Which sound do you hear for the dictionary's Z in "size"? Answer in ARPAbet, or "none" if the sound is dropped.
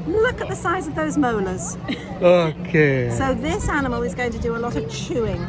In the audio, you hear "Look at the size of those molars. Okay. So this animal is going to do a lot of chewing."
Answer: Z